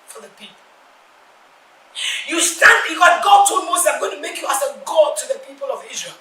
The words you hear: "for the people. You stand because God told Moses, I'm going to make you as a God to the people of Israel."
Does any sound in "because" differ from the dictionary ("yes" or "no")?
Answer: yes